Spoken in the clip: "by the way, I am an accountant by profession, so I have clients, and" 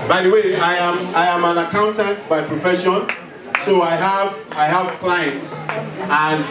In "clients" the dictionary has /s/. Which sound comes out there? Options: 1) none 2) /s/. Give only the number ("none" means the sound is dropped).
2